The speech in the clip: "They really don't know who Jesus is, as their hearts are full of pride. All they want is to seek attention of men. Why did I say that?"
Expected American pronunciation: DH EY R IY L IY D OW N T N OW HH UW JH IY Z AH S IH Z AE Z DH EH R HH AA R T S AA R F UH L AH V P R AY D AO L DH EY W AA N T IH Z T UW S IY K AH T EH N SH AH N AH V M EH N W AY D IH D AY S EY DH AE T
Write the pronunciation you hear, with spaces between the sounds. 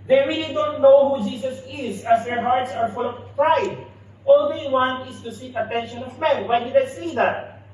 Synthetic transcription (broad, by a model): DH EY R IY L IY D OW N T N OW HH UW JH IY S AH S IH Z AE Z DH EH R HH AA R T S AA R F UH L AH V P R AY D AO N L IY W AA N IH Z T UW S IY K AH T EH N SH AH N AH V M EH N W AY D IH D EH S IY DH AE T